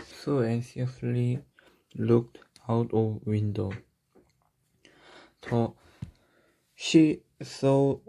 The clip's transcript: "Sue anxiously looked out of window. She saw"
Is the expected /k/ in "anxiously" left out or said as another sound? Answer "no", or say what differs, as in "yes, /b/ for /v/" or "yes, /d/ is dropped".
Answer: yes, /k/ is dropped